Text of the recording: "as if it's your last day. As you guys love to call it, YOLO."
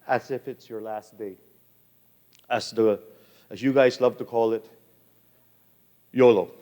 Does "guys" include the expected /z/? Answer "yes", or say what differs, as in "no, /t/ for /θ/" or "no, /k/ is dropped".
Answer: yes